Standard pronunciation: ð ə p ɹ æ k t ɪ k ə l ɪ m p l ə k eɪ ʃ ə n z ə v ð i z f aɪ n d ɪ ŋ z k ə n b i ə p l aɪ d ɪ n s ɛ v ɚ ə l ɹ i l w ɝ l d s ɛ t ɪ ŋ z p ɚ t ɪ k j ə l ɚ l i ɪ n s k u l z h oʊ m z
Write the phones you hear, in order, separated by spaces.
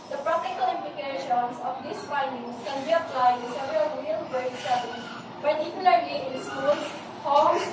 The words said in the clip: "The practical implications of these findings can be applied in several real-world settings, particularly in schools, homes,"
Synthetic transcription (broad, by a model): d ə p ɹ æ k t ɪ k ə l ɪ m p l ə k eɪ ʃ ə n s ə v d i s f aɪ n d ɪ ŋ s k ə n b i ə p l aɪ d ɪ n s ɛ v ɚ ə l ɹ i l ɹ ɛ d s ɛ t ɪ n p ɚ t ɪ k j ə l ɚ l i ɪ n s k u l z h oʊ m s